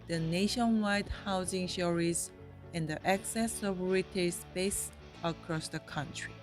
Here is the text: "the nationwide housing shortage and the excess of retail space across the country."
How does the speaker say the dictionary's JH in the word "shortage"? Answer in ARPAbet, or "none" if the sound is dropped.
Z